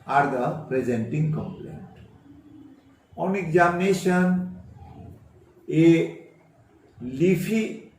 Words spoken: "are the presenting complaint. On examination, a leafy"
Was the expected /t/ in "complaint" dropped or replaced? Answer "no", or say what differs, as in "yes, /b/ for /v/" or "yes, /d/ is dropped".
no